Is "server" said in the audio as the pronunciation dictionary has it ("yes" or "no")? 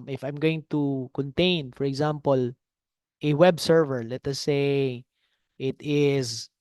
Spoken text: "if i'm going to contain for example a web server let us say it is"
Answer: yes